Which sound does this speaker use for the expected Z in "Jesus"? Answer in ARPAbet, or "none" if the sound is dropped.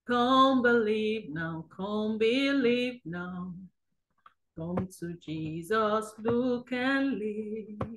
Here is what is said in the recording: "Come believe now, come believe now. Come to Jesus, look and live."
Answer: Z